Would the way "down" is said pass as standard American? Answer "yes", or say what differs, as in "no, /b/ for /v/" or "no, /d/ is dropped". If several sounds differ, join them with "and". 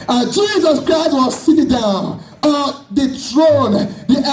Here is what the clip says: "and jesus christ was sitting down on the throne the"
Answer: yes